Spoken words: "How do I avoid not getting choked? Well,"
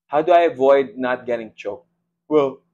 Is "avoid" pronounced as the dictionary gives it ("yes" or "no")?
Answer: yes